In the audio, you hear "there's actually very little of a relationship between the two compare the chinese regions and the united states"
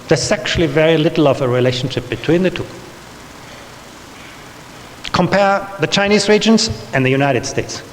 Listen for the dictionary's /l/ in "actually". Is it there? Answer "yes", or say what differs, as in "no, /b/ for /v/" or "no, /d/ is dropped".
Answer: yes